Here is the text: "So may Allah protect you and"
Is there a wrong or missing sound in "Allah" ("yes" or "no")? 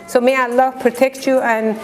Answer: no